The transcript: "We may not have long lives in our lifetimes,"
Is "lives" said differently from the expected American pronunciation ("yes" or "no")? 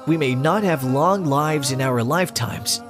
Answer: no